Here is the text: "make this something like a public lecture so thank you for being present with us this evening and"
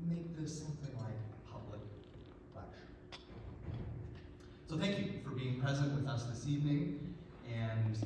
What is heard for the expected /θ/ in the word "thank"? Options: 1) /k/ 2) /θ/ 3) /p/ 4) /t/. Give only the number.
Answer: 2